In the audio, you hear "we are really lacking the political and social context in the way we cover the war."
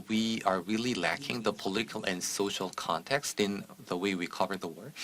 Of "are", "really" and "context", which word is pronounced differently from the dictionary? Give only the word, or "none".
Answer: none